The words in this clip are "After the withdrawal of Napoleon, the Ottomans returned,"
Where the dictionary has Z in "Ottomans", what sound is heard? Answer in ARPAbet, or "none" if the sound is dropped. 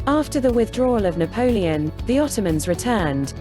Z